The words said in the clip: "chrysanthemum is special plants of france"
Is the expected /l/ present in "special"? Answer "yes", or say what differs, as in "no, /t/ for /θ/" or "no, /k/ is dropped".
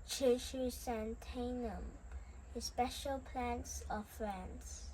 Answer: yes